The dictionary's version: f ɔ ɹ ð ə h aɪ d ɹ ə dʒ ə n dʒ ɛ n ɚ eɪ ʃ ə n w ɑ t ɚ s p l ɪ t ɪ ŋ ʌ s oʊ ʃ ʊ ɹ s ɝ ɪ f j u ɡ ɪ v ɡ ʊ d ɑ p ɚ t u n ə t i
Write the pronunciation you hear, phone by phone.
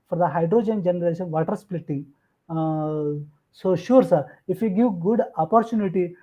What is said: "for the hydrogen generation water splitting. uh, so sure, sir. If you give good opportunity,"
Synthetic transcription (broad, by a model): f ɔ ɹ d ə h aɪ d ɹ ə dʒ ə n dʒ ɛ n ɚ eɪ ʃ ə n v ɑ t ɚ s p l ɪ t ɪ ŋ s oʊ ʃ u ɹ s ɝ ɪ f j u ɡ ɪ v ɡ ʊ d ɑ p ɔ t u n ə t i